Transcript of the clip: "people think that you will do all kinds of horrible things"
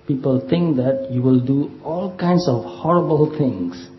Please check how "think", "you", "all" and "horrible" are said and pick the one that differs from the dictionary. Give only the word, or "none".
think